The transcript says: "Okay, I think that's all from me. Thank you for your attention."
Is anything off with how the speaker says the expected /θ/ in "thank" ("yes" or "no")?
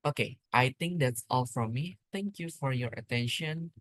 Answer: yes